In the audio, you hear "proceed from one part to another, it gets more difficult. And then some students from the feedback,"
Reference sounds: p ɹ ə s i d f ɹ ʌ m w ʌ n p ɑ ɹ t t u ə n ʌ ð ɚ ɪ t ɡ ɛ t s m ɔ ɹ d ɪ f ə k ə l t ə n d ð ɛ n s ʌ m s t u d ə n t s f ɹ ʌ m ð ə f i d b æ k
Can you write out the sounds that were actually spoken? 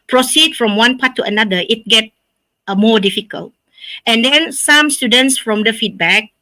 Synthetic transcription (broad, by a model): p ɹ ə s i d f ɹ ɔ m w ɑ n p ɑ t t u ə n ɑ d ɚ ɪ t ɡ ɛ t m ɔ d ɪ f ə k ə l t ə n d ɛ n s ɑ m s t u d ə n t s f ɹ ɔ m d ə f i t b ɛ k